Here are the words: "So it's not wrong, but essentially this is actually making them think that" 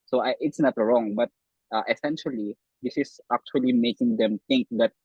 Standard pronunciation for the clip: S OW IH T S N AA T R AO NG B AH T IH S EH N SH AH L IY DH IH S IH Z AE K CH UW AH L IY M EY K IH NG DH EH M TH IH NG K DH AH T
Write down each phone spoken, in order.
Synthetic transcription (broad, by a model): S OW IH T S N AA T R AO NG B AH T IH S EH N SH AH L IY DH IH S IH S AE K CH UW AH L IY M EY K IH NG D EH M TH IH NG K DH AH T